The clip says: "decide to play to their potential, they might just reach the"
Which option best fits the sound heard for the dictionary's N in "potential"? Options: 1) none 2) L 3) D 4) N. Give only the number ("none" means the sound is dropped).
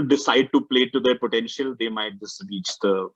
4